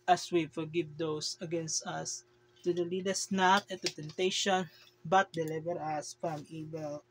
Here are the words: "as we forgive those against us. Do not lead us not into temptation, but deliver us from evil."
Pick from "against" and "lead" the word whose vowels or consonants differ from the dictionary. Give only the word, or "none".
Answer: none